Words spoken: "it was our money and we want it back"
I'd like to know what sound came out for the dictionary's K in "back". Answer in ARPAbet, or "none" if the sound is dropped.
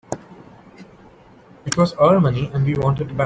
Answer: none